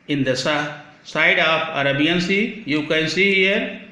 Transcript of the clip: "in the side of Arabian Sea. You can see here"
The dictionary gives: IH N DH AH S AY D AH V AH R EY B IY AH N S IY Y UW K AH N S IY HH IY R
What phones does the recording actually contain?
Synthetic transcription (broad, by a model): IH N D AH S AY D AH P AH R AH B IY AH N S IY Y UW K AH N S IY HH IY R